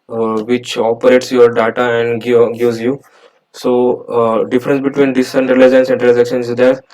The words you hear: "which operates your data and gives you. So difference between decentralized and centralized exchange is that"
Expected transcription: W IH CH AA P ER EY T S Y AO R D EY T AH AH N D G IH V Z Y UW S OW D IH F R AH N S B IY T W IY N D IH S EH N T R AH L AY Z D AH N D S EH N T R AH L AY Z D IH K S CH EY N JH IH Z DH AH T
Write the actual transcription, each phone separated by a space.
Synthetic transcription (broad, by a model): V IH CH AA P ER EY T S Y AO R D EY T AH AH N D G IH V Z Y UW S OW D IH F R AH N S B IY T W IY N D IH S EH N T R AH L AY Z AH N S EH N T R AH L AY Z IH K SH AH N IH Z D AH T